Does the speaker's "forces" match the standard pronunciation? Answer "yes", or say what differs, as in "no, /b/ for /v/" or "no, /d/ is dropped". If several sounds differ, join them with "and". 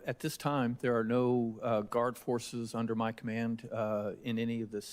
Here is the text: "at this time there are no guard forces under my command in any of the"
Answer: yes